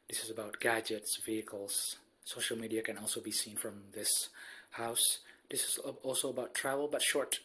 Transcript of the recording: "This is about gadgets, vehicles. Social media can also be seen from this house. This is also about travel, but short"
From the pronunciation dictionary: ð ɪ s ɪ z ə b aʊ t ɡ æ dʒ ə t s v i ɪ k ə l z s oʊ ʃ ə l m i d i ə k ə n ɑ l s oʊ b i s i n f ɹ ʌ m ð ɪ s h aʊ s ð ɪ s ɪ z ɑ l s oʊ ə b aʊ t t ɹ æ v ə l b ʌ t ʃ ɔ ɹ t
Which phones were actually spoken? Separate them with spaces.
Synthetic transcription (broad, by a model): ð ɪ s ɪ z ə b aʊ t ɡ æ dʒ ə t s v i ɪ k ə l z s oʊ ʃ ə l m i d i ə k ə n ɑ l s oʊ b i s i n f ɹ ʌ m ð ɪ s h aʊ s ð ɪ s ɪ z ɑ l s oʊ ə b aʊ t t ɹ æ v ə l b ʌ t ʃ ɔ ɹ t